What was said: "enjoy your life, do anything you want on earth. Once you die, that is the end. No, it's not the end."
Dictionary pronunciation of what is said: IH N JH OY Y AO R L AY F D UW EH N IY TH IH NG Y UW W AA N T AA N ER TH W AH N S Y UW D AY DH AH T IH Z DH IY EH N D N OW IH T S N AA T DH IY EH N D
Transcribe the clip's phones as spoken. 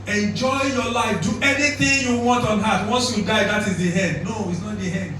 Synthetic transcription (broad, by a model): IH N JH OY Y AO L AY F D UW EH N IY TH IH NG Y UW W AA N T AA N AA T W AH N S Y UW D AY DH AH T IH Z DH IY EH N D N OW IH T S N AA T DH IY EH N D